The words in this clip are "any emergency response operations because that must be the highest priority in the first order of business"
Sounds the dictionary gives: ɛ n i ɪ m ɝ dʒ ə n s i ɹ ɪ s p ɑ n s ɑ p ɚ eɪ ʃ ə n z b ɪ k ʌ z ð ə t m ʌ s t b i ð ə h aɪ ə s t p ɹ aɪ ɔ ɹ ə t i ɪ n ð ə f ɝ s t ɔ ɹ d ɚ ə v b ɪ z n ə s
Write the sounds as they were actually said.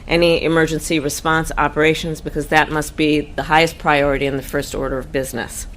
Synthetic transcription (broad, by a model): ɛ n i ɪ m ɝ dʒ ə n s i ɹ ɪ s p ɑ n s ɑ p ɚ eɪ ʃ ə n z b ɪ k ʌ z ð ə t m ʌ s t b i ð ə h aɪ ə s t p ɹ aɪ ɔ ɹ ə t i ɪ n ð ə f ɝ s t ɔ ɹ d ɚ ə v b ɪ z n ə s